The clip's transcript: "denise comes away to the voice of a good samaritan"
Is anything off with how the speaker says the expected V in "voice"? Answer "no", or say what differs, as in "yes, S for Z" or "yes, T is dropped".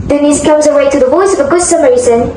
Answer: yes, W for V